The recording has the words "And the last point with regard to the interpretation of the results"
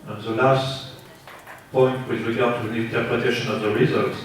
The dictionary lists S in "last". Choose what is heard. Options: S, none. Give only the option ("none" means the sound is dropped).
S